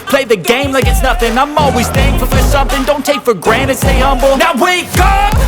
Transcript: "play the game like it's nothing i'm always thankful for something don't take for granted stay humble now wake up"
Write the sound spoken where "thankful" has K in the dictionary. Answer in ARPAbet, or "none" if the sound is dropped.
none